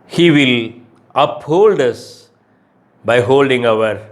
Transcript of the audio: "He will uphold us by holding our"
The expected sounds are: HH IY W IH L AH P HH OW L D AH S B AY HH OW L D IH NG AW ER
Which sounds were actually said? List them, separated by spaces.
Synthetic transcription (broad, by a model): HH IY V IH L AH P HH OW L D AH S B AY HH OW L D IH NG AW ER